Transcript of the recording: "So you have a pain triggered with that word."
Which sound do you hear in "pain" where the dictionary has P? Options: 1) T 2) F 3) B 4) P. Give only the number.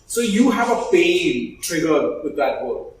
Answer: 2